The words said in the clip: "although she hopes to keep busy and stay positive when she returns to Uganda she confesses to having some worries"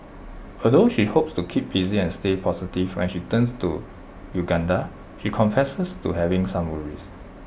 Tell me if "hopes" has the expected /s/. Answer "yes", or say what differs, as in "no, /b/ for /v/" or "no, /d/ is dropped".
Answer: yes